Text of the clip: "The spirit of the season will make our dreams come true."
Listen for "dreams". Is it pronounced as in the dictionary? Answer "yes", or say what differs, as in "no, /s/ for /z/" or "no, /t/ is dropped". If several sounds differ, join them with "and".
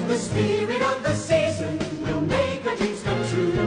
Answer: no, /m/ is dropped